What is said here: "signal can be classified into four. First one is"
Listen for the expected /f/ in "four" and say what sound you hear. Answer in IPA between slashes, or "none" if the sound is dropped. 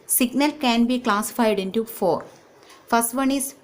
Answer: /f/